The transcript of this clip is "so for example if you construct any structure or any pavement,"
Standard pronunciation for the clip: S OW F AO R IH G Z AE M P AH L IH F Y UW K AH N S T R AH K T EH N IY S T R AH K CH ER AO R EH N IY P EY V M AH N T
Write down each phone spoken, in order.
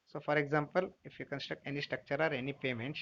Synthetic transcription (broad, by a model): S OW F AO R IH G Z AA M P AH L IH F Y UW K AH N S T R AH K T EH N IY S T R AH K CH ER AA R EH N IY P EY M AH N T